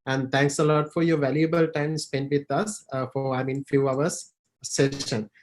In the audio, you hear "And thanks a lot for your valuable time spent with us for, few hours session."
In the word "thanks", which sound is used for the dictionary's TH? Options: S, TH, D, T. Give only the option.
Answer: T